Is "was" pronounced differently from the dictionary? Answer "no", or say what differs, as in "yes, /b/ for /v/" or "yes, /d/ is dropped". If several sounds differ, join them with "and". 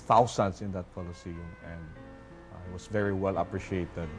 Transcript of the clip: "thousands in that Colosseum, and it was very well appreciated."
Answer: yes, /s/ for /z/